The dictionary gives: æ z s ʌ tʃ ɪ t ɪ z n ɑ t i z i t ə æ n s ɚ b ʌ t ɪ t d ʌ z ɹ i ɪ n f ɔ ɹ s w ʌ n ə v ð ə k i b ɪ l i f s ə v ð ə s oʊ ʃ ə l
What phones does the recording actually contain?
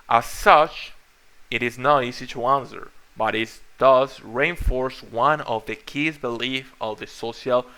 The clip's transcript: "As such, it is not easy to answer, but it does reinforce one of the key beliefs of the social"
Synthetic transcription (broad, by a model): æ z s ʌ tʃ ɪ t ɪ z n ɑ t i z i t ə æ n s ɚ b ʌ t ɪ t d ʌ z ɹ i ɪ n f ɔ ɹ s w ʌ n ə v ð ə k i b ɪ l i f ə v ð ə s oʊ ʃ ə l